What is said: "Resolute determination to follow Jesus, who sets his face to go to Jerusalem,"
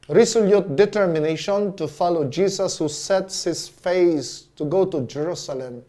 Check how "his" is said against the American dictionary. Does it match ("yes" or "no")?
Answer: no